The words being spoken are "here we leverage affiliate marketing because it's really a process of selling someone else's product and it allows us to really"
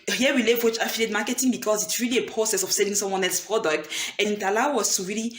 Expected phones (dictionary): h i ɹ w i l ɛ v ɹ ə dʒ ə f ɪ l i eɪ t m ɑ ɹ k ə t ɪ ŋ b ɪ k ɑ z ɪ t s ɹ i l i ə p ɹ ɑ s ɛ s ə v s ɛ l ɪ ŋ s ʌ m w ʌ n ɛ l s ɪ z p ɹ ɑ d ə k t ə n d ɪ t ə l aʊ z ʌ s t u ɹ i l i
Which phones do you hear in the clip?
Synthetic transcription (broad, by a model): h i w i l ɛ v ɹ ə tʃ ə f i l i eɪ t m ɑ k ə t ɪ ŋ b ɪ k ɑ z ɪ t s ɹ i l i ə p ɹ ɑ s ɛ s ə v s ɛ l ɪ ŋ s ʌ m w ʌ n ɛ l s p ɹ ɑ d ə k t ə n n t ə l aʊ ʌ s t u ɹ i l i